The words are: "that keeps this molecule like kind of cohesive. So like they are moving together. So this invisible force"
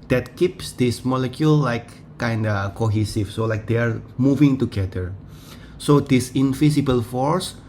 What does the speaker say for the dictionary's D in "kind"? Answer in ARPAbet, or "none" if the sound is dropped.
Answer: D